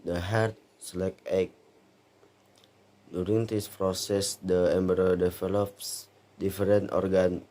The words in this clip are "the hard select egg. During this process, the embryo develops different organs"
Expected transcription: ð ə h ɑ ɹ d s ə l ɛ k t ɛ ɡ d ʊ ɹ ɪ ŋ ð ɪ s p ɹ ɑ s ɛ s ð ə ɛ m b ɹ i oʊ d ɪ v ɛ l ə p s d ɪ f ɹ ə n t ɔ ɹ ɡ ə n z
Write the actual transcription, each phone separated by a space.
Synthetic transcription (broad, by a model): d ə h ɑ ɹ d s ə l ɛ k ɛ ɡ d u ɹ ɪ ŋ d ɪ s p ɹ ɑ s ɛ s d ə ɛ m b ɹ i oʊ d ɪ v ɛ l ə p s d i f ɹ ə n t ɔ ɹ ɡ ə n